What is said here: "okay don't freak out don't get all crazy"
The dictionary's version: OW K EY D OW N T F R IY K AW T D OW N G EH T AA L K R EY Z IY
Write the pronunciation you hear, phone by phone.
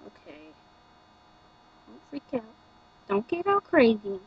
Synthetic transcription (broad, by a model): OW K EY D OW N T F IY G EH T D OW N G EH T AA L K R EY Z IY